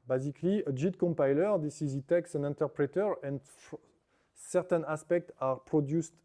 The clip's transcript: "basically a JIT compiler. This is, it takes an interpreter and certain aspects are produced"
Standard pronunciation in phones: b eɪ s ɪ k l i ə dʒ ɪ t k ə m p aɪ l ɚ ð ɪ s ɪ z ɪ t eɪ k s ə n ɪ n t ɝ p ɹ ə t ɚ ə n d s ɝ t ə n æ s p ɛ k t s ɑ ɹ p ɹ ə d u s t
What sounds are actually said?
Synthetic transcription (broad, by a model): b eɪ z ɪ k l i ə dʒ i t k ə m p aɪ l ɚ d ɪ s ɪ z ɪ t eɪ k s ə n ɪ n t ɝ p ɹ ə t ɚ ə n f s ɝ t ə n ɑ s p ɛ k t ɑ ɹ p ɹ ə d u s t